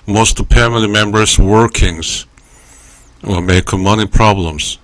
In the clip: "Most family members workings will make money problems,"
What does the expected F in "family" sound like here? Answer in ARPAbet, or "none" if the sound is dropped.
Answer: P